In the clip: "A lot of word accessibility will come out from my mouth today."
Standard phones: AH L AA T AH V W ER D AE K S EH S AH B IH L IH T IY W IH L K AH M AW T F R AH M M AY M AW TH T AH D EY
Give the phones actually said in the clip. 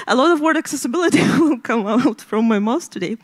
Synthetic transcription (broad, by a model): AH L AA T AH V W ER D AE K S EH S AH B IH L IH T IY W IH L K AH M AW T F R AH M M AY M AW S T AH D EY